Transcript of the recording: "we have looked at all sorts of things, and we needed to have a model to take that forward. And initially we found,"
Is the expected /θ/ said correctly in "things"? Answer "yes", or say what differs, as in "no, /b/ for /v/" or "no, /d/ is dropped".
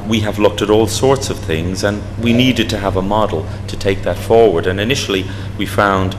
yes